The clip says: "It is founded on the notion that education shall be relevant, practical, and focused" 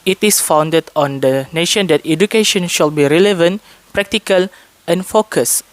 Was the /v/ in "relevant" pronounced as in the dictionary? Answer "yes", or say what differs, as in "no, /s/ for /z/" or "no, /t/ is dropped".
yes